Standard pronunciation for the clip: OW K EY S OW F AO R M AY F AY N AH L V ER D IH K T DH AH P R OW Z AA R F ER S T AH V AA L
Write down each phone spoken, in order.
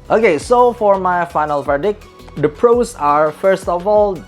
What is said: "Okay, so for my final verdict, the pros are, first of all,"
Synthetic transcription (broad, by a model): OW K EY S OW F AO R M AY F AY N AH L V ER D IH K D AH P R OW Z AA R F ER S T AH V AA L